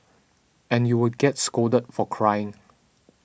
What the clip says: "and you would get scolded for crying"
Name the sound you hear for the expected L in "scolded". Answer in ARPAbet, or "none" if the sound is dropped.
none